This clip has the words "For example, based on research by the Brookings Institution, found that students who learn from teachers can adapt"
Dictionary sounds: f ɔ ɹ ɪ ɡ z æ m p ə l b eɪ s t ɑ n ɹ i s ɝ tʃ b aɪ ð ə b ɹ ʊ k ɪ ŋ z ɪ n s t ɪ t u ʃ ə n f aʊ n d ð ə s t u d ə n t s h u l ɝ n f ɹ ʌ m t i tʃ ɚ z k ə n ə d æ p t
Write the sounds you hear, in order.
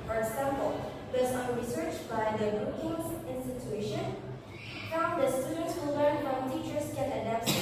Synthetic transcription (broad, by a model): f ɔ ɹ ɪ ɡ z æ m p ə l b eɪ s t ɑ n ɹ i s ɝ tʃ b aɪ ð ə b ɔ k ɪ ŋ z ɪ n s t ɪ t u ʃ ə n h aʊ d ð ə s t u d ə n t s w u l ɝ n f ɹ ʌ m t i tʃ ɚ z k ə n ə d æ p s